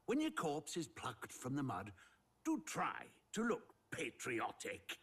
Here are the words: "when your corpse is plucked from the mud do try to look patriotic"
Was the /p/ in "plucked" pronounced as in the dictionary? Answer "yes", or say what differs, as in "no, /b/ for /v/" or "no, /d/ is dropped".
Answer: yes